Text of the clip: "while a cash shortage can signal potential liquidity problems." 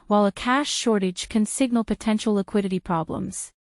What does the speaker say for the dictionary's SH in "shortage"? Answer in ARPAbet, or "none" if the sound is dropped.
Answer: SH